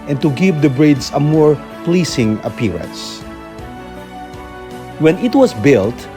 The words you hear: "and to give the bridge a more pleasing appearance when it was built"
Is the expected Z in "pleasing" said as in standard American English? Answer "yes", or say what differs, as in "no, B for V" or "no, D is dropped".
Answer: no, S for Z